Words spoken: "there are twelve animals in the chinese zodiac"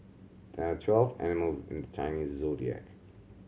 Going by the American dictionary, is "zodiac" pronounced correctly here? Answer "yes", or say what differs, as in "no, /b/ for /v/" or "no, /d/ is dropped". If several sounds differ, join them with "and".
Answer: yes